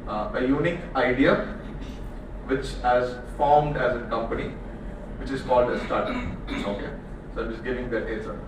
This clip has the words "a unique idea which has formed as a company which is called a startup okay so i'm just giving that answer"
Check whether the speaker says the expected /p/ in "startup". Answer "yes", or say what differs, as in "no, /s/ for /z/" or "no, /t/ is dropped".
no, /p/ is dropped